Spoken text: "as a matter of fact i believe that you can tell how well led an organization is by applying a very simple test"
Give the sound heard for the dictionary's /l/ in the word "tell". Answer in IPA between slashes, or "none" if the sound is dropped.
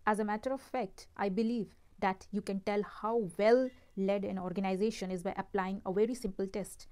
/l/